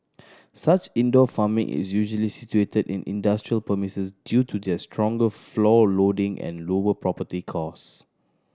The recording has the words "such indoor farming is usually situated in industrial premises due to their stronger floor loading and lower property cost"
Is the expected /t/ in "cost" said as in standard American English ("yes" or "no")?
no